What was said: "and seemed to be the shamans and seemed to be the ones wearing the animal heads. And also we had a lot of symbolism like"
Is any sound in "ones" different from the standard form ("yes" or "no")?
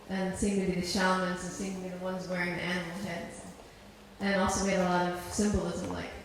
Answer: no